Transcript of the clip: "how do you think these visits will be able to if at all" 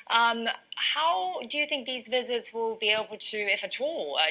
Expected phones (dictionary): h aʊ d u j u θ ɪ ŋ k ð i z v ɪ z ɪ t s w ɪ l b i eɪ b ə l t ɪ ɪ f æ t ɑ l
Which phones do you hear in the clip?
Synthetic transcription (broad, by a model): h aʊ d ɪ j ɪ θ ɪ ŋ k ð i z v ɪ z ɪ t s w ɪ l b i eɪ b ə l t ɪ ɪ f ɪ t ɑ l